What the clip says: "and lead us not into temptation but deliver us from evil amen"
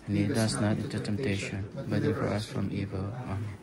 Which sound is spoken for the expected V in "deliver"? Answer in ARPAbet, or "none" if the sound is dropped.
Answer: none